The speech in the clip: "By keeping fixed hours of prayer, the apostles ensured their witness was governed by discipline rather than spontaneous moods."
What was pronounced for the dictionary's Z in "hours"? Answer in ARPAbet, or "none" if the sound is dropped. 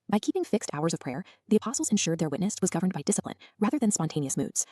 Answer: Z